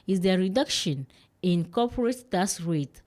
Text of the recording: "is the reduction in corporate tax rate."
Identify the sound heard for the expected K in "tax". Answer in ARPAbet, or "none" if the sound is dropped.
none